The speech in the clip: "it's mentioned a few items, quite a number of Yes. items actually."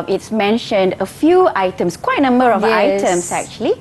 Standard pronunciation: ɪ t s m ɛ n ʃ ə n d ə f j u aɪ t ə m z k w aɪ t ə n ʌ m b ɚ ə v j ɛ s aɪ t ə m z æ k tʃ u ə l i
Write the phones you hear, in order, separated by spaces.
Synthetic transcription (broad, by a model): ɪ t s m ɛ n ʃ ə n d ə f j u aɪ t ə m s k w aɪ t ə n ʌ m b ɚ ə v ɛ aɪ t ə m s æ k tʃ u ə l i